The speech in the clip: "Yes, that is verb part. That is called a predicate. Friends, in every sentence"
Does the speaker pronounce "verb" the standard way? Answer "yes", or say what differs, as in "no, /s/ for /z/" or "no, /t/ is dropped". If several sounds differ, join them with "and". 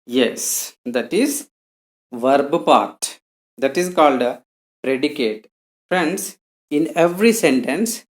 yes